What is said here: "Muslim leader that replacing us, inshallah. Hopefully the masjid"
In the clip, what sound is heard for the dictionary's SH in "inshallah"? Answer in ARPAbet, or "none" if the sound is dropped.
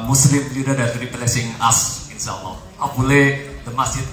S